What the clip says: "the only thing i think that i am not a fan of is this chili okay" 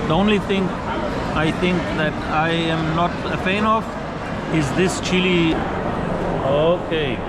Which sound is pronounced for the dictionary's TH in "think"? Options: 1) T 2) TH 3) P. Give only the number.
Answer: 1